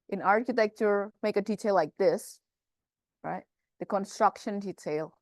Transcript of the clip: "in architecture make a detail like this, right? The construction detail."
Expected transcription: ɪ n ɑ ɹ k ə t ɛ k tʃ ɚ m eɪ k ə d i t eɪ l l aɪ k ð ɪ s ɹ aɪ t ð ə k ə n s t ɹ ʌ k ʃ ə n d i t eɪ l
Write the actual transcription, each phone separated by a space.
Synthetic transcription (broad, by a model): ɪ n ɑ ɹ k ə t ɛ k tʃ ɚ m eɪ k ə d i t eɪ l l aɪ k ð ɪ s ɹ aɪ t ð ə k ə n s t ɹ ʌ k ʃ ə n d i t eɪ l